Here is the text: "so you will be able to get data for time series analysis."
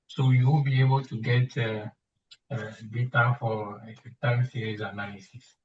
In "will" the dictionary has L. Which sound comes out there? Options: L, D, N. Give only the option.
N